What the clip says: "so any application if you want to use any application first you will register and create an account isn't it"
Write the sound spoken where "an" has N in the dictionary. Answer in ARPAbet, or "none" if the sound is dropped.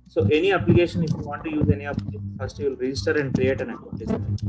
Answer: N